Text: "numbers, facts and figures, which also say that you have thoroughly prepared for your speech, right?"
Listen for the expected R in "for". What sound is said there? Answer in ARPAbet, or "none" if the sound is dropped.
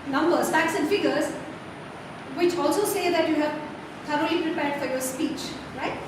R